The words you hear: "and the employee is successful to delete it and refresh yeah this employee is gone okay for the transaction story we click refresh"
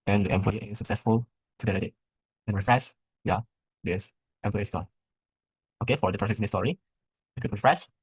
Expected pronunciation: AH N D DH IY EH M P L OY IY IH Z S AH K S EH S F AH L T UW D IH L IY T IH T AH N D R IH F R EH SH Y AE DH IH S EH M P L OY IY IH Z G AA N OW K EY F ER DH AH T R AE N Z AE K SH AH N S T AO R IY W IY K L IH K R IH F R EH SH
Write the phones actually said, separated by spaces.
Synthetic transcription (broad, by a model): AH N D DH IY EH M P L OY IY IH S AH K S EH S F AH L T UW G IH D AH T IH T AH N R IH F R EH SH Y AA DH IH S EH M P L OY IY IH S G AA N OW K EY F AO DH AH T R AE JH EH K S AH S T AO R IY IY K IH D R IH F R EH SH